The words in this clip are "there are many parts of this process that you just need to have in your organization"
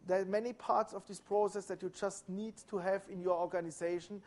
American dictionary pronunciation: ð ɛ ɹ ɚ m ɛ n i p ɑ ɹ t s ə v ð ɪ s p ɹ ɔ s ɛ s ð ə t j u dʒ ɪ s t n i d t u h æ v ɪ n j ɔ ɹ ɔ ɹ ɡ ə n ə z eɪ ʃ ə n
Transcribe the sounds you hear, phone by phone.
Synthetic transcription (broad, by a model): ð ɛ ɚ m ɛ n i p ɑ ɹ t s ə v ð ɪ s p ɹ ɔ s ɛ s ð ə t j u dʒ ɪ s t n i d t u h æ v ɪ n j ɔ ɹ ɔ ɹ ɡ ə n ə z eɪ ʃ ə n